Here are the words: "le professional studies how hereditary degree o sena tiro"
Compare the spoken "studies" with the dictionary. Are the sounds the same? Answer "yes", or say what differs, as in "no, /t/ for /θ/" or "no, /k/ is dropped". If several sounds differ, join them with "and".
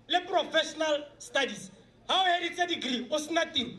no, /s/ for /z/